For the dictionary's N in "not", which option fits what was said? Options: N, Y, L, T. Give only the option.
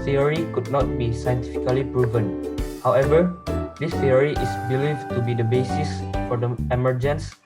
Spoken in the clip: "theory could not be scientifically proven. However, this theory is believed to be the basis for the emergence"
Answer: N